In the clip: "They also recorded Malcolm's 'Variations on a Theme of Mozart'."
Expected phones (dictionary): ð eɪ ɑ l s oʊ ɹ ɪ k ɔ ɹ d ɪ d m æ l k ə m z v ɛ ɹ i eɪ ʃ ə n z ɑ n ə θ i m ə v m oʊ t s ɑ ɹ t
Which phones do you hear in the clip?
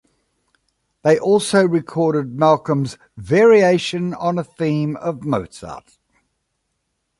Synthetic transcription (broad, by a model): ð eɪ ɑ l s oʊ ɹ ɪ k ɔ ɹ d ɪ d m æ l k ə m z v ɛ ɹ i eɪ ʃ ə n ʌ n ə θ i m ə v m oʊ t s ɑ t